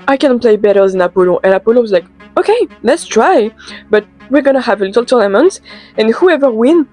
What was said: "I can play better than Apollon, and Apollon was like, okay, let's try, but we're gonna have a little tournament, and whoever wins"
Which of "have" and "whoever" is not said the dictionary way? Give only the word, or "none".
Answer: none